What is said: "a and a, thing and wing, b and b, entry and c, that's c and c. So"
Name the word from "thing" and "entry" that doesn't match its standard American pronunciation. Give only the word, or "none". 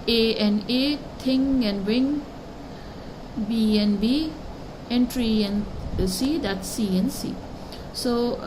thing